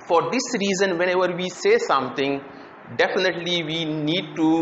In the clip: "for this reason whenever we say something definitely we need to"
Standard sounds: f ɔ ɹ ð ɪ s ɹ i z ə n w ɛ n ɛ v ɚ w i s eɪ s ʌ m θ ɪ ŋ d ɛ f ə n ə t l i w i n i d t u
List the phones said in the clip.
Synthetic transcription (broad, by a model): f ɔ ɹ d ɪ s ɹ i z ə n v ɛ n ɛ v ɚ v i s eɪ s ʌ m t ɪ ŋ d ɛ f ə n ə t l i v i n i d t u